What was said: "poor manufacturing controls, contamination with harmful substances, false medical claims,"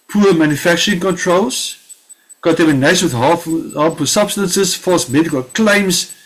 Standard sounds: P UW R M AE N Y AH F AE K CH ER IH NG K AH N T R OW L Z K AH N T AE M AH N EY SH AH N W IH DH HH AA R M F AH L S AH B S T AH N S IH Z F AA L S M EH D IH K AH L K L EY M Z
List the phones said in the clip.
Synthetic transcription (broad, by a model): P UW M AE N Y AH F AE K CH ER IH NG K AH N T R OW L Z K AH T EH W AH N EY AH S W IH DH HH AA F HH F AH S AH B S T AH N S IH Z F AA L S M EH D IH K AH L K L EY M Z